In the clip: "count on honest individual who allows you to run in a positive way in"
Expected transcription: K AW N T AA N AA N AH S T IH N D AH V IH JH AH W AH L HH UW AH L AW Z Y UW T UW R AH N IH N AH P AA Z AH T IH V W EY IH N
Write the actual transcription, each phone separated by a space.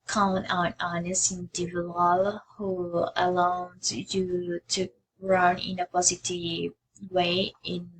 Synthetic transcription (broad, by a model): K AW N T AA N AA N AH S IH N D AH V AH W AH L HH UW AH L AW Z Y UW T UW R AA N IH N AH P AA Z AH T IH W EY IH N